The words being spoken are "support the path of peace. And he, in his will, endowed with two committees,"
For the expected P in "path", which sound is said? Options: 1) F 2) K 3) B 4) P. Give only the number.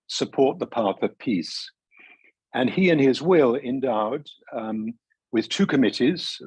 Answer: 4